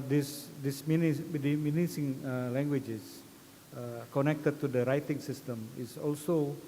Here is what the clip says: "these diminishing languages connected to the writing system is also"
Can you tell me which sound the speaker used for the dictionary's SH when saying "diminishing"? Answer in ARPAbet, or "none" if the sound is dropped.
S